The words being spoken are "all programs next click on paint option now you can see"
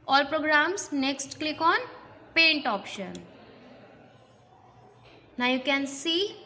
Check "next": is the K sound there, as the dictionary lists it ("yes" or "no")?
yes